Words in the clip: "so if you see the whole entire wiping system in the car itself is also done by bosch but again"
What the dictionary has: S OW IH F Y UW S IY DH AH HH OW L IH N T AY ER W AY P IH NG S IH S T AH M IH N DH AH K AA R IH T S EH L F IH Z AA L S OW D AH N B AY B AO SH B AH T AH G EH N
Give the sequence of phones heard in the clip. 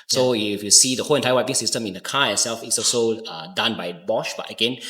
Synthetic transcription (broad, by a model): S OW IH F Y UW S IY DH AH HH OW L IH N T AY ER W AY IH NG S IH S T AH M IH N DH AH K AA IH T S EH L F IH S AA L S OW D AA N B AY B AO SH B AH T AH G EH N